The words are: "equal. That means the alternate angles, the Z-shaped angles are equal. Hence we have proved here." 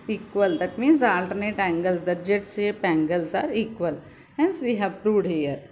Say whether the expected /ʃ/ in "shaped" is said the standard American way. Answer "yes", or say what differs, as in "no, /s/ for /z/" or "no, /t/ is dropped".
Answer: no, /s/ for /ʃ/